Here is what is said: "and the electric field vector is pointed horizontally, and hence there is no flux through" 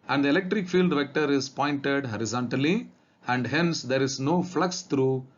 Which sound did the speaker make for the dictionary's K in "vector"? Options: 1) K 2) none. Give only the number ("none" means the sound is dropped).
1